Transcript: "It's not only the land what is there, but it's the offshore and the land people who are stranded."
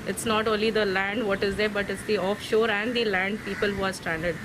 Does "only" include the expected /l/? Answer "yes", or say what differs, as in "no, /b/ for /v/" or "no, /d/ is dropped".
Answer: yes